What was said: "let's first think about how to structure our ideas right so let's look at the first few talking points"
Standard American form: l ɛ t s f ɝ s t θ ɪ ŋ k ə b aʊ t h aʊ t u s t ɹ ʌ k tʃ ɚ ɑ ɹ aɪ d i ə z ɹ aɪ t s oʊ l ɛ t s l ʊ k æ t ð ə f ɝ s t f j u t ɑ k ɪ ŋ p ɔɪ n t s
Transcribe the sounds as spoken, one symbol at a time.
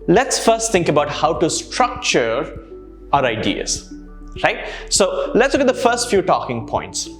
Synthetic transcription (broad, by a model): l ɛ t s f ɝ s t t ɪ ŋ k ə b aʊ t h aʊ t u s t ɹ ʌ k tʃ ɚ ɑ ɹ aɪ d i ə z ɹ aɪ t s oʊ l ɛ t s l ʊ k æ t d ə f ɝ s t f j u t ɑ k ɪ ŋ p ɔɪ n t s